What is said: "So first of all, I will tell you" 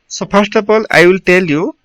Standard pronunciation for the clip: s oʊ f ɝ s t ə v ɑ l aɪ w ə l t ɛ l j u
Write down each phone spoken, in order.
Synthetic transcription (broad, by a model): s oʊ p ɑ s t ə p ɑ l aɪ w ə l t ɛ l j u